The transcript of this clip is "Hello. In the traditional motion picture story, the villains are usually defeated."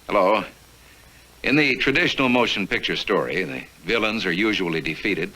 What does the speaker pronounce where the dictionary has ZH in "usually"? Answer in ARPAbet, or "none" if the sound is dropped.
ZH